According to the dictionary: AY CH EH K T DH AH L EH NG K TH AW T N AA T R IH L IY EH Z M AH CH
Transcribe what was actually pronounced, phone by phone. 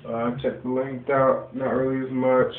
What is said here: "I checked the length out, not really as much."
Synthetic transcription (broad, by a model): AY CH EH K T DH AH L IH NG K T AW T N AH T R IH L IY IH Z M AH CH